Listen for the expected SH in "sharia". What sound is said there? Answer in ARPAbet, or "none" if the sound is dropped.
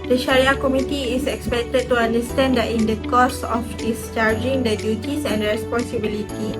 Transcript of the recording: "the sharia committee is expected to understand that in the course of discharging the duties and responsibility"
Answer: SH